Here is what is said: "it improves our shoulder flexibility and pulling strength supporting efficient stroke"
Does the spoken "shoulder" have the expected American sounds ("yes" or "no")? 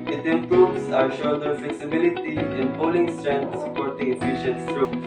no